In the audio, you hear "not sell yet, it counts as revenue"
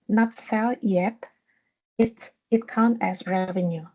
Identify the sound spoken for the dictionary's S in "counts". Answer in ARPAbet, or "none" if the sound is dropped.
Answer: none